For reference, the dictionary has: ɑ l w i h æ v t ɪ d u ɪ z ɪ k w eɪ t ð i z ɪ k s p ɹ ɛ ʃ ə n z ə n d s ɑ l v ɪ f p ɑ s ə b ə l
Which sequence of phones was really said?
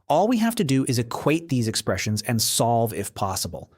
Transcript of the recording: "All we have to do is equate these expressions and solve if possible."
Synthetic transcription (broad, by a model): ɑ l w i h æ f t ɪ d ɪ ɪ z ɪ k w eɪ t ð i z ɪ k s p ɹ ɛ ʃ ə n z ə n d s ɑ l v ɪ f p ɑ s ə b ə l